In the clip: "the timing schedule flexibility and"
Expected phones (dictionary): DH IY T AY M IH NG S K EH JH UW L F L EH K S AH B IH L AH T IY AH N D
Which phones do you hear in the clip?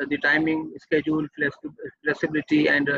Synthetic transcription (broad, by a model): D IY T AY M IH NG S K EH JH UW L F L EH K S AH B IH L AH T IY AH N D